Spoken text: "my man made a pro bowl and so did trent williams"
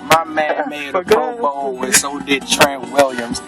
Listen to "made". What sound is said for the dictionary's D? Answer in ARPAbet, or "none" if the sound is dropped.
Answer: none